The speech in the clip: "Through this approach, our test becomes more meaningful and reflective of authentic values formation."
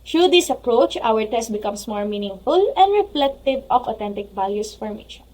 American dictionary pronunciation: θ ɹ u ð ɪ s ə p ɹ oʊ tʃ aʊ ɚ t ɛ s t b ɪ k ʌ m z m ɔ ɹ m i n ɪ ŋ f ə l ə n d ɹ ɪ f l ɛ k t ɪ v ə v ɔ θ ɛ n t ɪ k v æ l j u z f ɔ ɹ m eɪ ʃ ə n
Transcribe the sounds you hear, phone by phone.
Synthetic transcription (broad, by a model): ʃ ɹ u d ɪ s ə p ɹ oʊ tʃ aʊ ɚ t ɛ s t b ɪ k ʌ m s m ɔ ɹ m i n ɪ ŋ f ə l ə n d ɹ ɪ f l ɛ k t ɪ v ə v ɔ t ɛ n t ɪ k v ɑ l j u s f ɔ ɹ m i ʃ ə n